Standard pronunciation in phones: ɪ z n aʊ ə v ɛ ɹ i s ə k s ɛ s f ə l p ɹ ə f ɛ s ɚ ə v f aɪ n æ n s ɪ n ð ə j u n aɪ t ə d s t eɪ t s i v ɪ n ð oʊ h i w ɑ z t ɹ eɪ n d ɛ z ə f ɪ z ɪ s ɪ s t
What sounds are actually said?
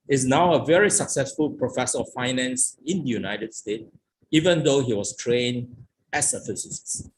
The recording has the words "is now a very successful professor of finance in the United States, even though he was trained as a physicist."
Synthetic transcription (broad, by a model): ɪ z n aʊ ə v ɛ ɹ i s ə k s ɛ s f ə l p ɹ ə f ɛ s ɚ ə f f aɪ n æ n s ɪ n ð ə j u n aɪ t ə d s t eɪ t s i v ɪ n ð oʊ h i w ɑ s t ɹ eɪ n ɛ s ə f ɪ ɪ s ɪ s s